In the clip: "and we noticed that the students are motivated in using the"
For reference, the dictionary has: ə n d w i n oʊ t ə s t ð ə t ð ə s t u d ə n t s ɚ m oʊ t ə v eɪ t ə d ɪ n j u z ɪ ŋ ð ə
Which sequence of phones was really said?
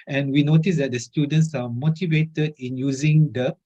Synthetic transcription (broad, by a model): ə n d w i n oʊ t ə s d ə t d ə s t u d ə n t s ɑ m oʊ t ə v eɪ t ə d ɪ n j u z ɪ ŋ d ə